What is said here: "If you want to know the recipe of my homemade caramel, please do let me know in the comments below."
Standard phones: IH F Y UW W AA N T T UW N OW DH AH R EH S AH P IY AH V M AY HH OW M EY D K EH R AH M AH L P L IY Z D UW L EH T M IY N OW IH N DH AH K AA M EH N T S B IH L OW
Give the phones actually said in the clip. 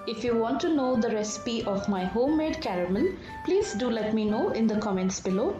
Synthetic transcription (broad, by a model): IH F Y UW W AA N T T UW N OW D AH R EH S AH P IY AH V M AY HH OW M EY D K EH R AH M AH N P L IY Z D UW L EH T M IY N OW IH N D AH K AA M EH N T S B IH L OW